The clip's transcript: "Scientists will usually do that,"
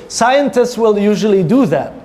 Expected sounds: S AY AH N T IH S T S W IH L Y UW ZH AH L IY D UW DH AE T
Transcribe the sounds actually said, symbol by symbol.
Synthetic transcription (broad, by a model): S AY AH N T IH S T S W IH L Y UW ZH AH L IY D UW DH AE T